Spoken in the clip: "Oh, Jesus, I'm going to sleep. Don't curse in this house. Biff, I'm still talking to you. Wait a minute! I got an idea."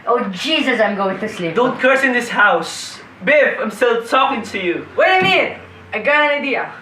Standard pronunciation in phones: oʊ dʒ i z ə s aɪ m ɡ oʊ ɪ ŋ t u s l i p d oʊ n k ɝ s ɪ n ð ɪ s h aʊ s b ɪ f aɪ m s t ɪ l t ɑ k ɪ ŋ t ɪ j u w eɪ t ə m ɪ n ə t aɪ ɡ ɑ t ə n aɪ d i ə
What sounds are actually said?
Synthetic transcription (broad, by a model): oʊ dʒ i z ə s aɪ m ɡ oʊ ɪ ŋ t u s l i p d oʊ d k ɝ s ɪ n ð ɪ s h aʊ s b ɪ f aɪ m s t ɪ l t ɑ k ɪ ŋ t ɪ j u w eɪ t ə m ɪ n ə ɪ ɡ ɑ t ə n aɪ d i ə